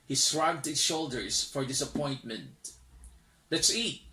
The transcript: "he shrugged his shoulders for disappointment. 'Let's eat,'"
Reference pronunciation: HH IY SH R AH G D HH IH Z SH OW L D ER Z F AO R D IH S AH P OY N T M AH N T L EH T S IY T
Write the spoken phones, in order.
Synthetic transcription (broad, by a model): HH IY S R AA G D HH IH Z SH OW L D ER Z F AO R D IH S AH P OY N T M AH N T L EH T S IY T